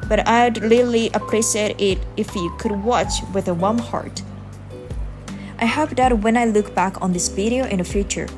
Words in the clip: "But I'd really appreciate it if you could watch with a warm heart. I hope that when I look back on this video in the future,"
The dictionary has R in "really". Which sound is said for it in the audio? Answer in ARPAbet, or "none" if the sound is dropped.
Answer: L